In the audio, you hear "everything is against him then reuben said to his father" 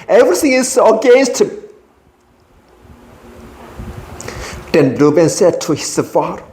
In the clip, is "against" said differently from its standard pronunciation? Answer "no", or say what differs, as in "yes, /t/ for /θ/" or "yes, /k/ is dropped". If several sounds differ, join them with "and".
no